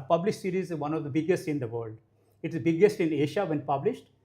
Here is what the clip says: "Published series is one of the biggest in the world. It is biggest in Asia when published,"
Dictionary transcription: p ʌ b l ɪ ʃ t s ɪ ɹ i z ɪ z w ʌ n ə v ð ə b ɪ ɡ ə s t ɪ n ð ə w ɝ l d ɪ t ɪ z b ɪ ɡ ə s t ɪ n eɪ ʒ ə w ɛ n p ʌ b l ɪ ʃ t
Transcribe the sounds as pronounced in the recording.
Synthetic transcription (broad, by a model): p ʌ b l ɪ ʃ s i ɹ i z ɪ z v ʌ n ə v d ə b ɪ ɡ ə s t ɪ n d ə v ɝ l d ɪ t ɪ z b ɪ ɡ ə s t ɪ n eɪ ʃ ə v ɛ n p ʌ b l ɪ ʃ t